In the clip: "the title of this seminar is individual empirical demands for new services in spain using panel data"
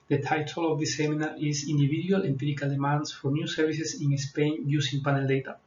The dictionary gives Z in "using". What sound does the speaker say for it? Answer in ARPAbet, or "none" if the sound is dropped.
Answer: S